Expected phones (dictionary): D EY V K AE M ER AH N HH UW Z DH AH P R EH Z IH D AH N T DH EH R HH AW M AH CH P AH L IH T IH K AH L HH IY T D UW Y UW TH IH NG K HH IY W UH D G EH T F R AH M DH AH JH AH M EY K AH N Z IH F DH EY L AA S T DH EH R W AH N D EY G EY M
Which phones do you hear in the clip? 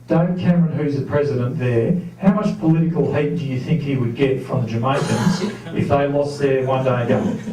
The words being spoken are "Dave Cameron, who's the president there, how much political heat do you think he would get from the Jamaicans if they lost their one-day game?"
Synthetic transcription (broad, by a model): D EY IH K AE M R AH N HH UW Z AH P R EH Z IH D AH N DH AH R HH AW M AH CH P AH L IH T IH K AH L HH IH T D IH Y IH TH IH NG K HH IY W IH D G EH T F R AH M DH AH JH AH M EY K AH N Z IH F DH EY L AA S DH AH R W AH N D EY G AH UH